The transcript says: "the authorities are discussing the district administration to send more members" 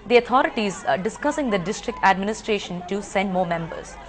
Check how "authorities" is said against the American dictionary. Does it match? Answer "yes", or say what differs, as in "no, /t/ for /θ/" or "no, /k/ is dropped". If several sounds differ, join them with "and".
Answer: no, /t/ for /θ/